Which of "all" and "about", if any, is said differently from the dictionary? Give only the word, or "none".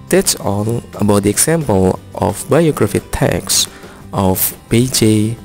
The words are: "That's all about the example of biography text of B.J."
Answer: all